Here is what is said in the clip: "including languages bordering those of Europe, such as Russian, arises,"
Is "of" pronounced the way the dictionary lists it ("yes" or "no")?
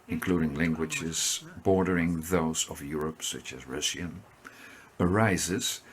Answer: yes